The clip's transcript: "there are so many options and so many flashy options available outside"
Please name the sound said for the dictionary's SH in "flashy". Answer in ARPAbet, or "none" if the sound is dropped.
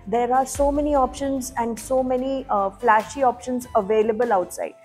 SH